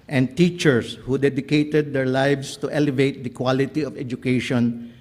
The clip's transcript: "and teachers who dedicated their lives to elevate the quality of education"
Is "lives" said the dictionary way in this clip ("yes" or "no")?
no